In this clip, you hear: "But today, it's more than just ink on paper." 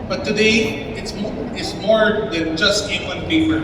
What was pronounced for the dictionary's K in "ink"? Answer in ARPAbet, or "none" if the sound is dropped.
none